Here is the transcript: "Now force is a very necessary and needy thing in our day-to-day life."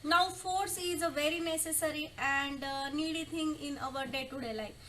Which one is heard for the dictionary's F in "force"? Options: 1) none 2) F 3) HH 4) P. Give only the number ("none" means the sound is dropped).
2